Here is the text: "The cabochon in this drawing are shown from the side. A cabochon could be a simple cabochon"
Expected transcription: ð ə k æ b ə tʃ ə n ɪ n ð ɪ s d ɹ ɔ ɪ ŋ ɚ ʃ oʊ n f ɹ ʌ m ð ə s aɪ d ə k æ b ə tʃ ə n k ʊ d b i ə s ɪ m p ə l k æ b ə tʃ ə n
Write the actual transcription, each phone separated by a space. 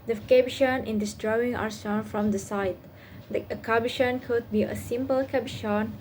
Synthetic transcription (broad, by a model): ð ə k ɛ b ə ʃ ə n ɪ n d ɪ s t ɹ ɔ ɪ ŋ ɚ s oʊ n f ɹ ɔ m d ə s aɪ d ə k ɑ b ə ʃ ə n k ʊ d b i ə s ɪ m p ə l k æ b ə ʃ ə n